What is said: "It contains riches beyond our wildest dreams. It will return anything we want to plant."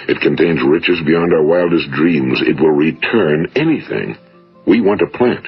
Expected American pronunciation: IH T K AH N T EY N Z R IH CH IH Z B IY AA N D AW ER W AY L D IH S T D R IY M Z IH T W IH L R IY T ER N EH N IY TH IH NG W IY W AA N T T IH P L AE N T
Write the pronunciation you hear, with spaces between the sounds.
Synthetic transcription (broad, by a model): IH T K AH N T EY N Z R IH CH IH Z B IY AA N D AW ER W AY L D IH S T D R IY M Z IH T W IH L R IY T ER N EH N IY TH IH NG W IY W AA N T T IH P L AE N T